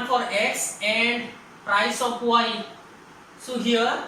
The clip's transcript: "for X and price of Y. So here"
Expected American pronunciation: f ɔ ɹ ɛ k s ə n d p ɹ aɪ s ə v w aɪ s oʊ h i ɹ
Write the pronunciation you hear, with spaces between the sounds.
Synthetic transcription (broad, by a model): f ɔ ɹ ɛ k s ə n d p ɹ aɪ s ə p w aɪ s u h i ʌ